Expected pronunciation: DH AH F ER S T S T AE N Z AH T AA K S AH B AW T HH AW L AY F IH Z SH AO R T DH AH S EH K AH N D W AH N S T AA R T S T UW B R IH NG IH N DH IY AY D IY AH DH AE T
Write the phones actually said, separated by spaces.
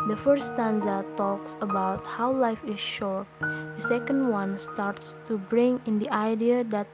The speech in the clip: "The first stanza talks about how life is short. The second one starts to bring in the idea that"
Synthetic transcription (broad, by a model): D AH F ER T S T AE N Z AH T AA K S AH B AW T HH AW L AY F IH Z SH AO R T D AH S EH K AH N D W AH N S T AA R T S T UW B R IH NG IH N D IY AY D IY AH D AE T